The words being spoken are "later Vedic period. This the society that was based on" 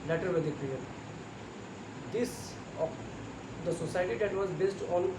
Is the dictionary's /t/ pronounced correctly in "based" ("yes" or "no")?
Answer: yes